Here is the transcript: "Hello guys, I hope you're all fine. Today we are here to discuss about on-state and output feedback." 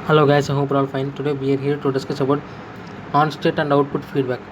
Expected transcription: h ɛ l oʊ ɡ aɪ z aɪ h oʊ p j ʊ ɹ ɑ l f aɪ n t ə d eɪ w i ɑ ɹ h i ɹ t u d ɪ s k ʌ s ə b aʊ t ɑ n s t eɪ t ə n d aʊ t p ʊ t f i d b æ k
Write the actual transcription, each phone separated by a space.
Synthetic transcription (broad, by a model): h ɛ l oʊ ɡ aɪ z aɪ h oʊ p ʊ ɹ ɑ l f aɪ n t ə d eɪ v i ɑ ɹ h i ɹ t u d ɪ s k ʌ s ə b aʊ t ɑ n s t eɪ t ə n d aʊ t p ʊ t f i d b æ k